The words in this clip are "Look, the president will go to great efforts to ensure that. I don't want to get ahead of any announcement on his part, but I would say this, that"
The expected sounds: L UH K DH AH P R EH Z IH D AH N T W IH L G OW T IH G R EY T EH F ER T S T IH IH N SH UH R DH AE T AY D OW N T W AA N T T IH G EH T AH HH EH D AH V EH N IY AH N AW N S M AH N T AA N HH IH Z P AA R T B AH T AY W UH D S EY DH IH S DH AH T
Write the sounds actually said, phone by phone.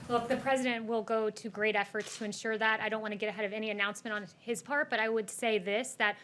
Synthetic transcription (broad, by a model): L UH K DH AH P R EH Z IH D AH N T W IH L G OW T IH G R EY T EH F ER T S T IH IH N SH UH R DH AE T AY D OW N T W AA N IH G EH T AH HH EH D AH V EH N IY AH N AW N S M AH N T N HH IH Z P AA R T B AH T AY W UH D S EY DH IH S DH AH T